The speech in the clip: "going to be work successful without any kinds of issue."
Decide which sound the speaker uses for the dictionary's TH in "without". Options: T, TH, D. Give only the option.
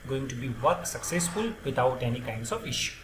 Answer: T